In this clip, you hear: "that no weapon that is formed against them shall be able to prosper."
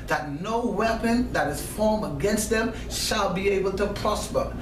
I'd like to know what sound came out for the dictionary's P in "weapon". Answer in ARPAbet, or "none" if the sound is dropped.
P